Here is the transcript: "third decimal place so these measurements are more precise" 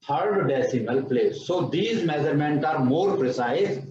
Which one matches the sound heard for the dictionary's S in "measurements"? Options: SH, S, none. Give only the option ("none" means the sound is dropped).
none